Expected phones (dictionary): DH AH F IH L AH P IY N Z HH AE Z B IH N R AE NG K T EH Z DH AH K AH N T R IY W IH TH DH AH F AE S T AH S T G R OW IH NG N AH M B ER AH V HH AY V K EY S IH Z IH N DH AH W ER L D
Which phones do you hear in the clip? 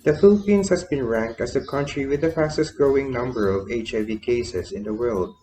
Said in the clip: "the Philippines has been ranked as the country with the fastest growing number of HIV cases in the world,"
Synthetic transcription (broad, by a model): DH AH F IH L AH P IY N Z HH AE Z B IH N R AE NG K T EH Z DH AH K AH N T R IY W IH DH AH F AE S T AH S T G R OW IH NG N AH M B ER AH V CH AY V K EY S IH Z IH N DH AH W ER L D